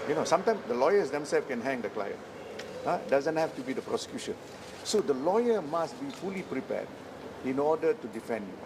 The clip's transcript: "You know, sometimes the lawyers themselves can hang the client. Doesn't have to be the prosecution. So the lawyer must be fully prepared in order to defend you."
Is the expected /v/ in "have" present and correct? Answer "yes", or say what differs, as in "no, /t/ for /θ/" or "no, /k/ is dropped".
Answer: no, /f/ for /v/